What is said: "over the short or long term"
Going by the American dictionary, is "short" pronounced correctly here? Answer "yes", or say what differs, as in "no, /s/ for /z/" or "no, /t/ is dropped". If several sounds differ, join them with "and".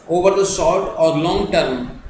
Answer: no, /s/ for /ʃ/